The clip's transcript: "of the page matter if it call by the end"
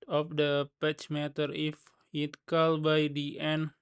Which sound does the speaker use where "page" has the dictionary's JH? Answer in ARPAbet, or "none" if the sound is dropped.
CH